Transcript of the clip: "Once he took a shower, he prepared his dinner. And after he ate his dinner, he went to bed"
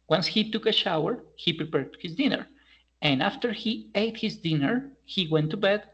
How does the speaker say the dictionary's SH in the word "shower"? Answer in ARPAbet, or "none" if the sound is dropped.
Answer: SH